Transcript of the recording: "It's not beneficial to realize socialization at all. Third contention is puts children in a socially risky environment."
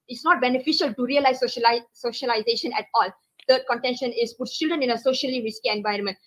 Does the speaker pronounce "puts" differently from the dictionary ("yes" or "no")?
yes